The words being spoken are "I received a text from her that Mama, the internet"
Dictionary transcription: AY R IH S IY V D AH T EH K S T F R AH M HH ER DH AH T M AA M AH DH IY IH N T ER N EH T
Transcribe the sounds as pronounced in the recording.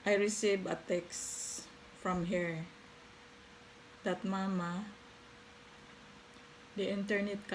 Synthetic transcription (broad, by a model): AY R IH S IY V AH T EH K S F R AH M HH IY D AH T M AA M AH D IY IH N T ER N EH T